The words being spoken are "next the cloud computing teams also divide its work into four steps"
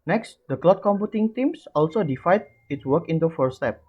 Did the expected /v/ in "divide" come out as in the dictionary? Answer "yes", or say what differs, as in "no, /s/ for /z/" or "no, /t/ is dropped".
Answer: no, /f/ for /v/